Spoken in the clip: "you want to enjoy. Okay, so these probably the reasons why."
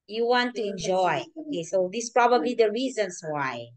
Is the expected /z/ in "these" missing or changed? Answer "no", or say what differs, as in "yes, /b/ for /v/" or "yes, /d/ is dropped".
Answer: yes, /s/ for /z/